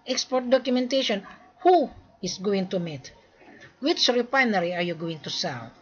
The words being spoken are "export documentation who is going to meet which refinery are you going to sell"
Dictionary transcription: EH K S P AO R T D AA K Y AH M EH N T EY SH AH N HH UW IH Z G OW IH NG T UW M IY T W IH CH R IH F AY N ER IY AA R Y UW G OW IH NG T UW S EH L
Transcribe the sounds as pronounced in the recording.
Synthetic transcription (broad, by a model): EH K S P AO R T D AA K Y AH M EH N T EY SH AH N HH UW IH S G OW IH NG T UW M IY T W IH CH R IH P AY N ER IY AA R Y UW G OW IH NG T UW S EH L